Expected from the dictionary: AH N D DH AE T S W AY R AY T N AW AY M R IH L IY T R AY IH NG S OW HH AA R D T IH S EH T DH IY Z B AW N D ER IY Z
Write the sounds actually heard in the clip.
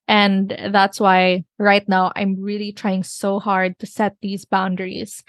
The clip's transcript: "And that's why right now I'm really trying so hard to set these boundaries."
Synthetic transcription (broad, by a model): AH N DH AE T S W AY R AY T N AW AY M R IH L IY T R AY IH NG S OW HH AA R D T IH S EH T DH IY Z B AW N D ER IY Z